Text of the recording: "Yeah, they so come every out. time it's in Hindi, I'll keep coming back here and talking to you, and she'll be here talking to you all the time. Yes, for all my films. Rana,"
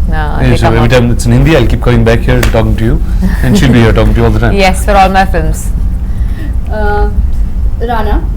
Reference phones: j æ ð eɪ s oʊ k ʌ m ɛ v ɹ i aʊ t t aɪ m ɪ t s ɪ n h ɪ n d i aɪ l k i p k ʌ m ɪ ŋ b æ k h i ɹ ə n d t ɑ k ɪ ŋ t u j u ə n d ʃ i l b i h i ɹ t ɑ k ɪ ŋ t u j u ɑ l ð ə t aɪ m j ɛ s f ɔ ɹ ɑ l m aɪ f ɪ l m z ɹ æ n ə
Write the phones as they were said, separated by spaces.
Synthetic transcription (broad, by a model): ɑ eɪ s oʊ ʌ ɛ v ɹ i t t aɪ m ɪ t s ɪ n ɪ n d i aɪ l k i p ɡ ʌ ɪ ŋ b æ k h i ə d t ɑ k ɪ ŋ t u j u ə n ʃ i l b i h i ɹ t ɑ k ɪ ŋ t u j u ɑ l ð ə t aɪ j ɛ s f ɔ ɹ ɑ l m aɪ f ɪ l m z ɹ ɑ n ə